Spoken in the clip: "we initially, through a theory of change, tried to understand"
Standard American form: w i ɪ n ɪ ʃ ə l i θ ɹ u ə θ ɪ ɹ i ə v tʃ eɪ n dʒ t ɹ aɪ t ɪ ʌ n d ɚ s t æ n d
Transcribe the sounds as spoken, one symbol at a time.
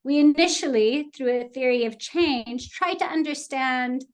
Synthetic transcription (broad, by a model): w i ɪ n ɪ ʃ l i θ ɹ u ə θ ɪ ɹ i ə v tʃ eɪ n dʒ t ɹ aɪ t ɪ ʌ n d ɚ s t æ n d